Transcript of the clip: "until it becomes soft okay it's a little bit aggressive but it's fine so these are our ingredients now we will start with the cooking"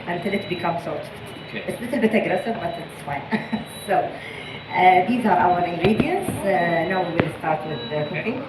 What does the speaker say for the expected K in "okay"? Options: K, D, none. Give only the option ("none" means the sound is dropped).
none